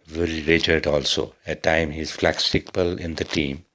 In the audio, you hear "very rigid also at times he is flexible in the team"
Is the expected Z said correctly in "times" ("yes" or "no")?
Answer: no